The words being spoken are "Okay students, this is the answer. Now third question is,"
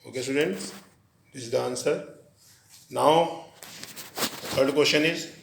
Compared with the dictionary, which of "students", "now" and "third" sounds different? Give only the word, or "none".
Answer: third